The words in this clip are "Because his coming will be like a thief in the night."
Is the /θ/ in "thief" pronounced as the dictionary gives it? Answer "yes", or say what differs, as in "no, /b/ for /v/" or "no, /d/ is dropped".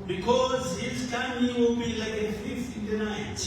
no, /f/ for /θ/